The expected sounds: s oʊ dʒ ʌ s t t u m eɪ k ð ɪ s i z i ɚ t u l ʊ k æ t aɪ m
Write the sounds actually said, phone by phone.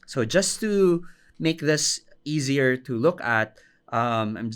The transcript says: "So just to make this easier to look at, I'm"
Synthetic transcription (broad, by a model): s oʊ dʒ ʌ s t t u m eɪ k ð ɪ s i z i ɚ t u l ʊ k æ t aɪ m